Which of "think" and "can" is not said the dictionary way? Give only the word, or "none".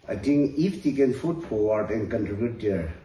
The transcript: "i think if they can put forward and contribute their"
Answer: think